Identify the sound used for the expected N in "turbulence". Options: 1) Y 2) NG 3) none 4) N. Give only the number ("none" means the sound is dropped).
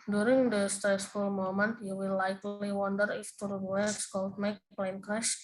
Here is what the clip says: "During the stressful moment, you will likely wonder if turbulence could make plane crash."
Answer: 3